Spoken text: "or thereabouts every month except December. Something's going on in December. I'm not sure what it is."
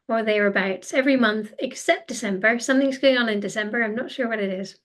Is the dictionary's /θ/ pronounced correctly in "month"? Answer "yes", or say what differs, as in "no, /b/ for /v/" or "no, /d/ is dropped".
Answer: yes